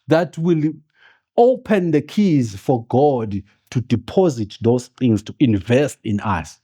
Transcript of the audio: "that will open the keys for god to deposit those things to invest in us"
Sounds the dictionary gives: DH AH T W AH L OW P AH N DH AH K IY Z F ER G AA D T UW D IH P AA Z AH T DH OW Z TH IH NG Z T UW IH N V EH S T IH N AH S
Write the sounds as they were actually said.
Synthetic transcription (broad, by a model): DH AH T W AH L OW P AH N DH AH K IY Z F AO G AA D T UW D IH P AA Z AH T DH OW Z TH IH NG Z T UW IH N V EH S T IH N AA S